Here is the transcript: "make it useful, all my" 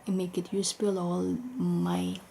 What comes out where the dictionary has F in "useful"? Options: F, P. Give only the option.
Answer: P